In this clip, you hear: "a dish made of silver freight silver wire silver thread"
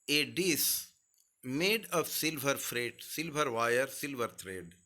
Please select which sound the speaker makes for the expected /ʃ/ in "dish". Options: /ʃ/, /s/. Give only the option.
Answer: /s/